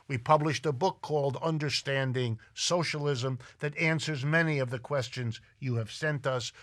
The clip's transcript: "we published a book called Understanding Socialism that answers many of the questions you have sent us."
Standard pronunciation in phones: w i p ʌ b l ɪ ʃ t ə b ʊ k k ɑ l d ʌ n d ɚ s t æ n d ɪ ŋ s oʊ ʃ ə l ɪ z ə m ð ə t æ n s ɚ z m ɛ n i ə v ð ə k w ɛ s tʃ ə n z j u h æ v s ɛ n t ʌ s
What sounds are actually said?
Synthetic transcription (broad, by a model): w i p ʌ b l ɪ ʃ t ə b ʊ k k ɑ l d ʌ n d ɚ s t æ n d ɪ ŋ s oʊ ʃ ə l ɪ z ə m ð ə t æ n s ɚ z m ɛ n i ə v ð ə k w ɛ s tʃ ə n z j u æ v s ɛ n t ʌ s